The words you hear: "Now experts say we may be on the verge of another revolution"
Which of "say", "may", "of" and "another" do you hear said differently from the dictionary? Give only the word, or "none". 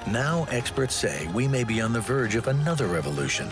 none